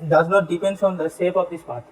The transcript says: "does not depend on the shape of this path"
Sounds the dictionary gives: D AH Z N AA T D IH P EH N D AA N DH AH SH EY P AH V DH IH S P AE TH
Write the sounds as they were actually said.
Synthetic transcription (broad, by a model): D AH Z N AA T D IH P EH N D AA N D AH S EY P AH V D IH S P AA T